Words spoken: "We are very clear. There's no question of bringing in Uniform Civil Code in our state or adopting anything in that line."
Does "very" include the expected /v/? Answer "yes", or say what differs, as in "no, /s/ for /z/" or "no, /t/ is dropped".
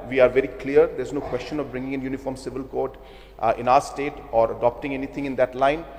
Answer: yes